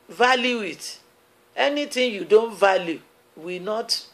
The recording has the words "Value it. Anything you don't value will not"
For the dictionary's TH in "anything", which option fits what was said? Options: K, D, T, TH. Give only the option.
T